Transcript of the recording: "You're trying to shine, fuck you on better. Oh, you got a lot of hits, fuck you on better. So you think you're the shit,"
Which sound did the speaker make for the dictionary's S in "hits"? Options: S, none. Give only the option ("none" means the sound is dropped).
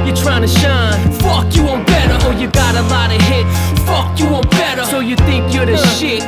none